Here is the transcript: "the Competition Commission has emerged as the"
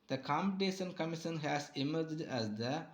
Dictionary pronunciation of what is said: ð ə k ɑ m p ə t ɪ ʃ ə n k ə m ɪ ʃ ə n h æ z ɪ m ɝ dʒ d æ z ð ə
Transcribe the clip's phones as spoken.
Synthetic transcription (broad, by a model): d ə k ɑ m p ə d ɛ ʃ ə n k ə m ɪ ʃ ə n h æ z ɪ m ɝ dʒ d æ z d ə